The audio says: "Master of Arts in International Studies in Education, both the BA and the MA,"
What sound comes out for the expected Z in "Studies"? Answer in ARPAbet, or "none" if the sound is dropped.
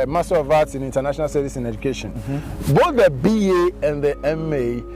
S